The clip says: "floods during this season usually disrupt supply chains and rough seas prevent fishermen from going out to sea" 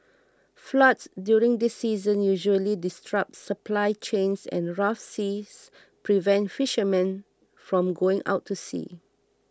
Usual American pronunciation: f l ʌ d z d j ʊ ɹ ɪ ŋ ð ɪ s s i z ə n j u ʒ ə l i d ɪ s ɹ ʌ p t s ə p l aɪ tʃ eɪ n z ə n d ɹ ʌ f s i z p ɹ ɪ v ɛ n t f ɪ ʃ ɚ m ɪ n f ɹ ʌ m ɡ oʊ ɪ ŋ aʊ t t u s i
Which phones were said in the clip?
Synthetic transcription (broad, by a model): f l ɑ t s d j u ɹ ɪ ŋ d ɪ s s i z ə n j u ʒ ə l i d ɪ s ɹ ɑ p t s ə p l aɪ tʃ eɪ n s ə n ɹ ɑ f s i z p ɹ ɪ v ɛ n t f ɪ ʃ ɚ m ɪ n f ɹ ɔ m ɡ oʊ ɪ ŋ aʊ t t u s i